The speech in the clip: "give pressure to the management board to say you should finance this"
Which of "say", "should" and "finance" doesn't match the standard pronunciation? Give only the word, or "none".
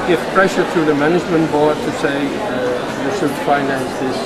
should